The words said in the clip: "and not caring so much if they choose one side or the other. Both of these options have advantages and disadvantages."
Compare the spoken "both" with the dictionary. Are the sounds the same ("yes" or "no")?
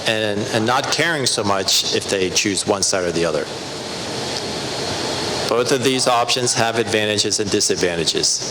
yes